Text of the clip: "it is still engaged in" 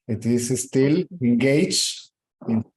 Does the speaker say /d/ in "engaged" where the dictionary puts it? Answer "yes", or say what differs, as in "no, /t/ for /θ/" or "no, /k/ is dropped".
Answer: no, /d/ is dropped